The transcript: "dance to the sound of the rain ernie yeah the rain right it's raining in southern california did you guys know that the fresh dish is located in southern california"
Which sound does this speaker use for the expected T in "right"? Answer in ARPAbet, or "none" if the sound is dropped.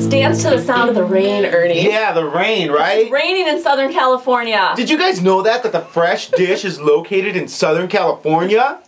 none